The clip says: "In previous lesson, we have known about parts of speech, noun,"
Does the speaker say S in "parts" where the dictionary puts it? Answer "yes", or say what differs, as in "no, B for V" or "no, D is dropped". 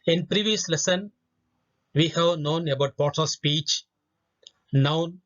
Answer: no, S is dropped